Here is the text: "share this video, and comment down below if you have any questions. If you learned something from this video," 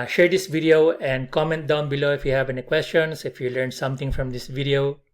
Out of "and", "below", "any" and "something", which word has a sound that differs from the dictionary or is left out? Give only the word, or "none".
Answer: something